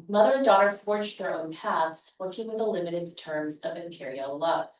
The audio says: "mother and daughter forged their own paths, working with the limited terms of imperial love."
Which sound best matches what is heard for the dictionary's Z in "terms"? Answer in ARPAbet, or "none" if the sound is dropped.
Z